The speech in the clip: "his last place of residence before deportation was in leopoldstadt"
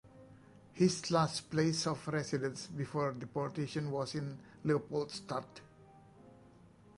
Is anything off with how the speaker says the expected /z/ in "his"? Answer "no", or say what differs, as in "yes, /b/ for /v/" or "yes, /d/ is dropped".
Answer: yes, /s/ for /z/